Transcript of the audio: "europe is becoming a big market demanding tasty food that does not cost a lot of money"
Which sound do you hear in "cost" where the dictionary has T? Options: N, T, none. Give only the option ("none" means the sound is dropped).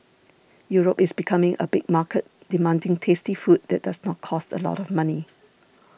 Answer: T